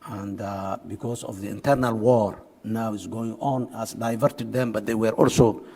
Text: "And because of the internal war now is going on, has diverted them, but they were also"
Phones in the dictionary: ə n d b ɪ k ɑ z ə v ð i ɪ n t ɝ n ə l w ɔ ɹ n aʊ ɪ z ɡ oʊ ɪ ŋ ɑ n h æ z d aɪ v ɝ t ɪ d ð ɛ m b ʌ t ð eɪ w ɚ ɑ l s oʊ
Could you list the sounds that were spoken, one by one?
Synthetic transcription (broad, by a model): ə n d b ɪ k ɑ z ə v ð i ɪ n t ɝ n ə l w ɔ ɹ n aʊ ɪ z ɡ oʊ ɪ ŋ ɑ n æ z d aɪ v ɝ t ɪ d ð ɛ m b ʌ t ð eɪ w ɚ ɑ l s oʊ